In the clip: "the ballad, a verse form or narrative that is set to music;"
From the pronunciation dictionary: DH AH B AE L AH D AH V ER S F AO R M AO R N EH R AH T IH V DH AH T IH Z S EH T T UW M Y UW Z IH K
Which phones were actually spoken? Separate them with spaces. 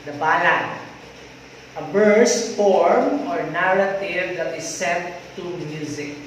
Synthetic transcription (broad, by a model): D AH B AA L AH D AH B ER S F AO R M AO R N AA R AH T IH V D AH T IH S EH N T UW M Y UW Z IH K